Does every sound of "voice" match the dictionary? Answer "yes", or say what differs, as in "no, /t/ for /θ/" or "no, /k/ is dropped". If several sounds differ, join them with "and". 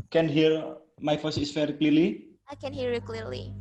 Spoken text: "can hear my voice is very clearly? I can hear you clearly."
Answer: no, /f/ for /v/